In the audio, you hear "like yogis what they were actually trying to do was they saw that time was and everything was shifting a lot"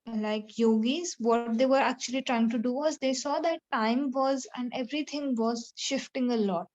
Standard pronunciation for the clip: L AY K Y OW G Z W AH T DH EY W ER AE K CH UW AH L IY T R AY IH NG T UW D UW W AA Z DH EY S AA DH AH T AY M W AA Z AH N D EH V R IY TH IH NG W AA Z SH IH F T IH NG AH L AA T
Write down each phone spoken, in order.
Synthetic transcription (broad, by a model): L AY K Y OW G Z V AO T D EY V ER AE K CH UW AH L IY T R AY IH NG T UW D UW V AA Z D EY S AA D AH T AY M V AA Z AH N D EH V R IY T IH NG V AA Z SH IH F T IH NG AH L AA T